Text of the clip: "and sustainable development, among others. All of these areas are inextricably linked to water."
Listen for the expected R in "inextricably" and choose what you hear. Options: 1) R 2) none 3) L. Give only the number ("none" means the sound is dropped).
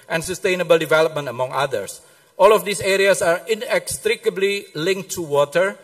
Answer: 1